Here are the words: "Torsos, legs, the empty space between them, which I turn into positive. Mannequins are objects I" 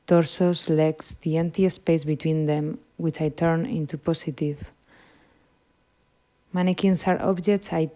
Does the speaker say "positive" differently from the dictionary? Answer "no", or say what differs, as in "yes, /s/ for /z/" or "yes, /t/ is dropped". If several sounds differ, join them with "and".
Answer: yes, /s/ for /z/